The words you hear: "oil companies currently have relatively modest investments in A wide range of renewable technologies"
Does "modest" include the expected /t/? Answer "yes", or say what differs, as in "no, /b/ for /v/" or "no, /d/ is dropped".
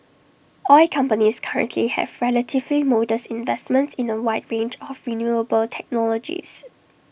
no, /t/ is dropped